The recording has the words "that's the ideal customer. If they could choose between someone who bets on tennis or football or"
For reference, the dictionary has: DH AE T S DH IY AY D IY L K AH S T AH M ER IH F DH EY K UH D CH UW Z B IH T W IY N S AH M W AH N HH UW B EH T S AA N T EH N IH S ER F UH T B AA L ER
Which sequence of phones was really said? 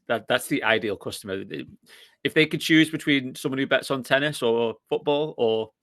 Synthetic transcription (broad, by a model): DH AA T S DH IY AY D IY L K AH S T AH M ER IH F DH EY K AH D CH UW Z B IH T W IY N S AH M W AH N HH UW B EH T S N T EH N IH S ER F UH T B AA L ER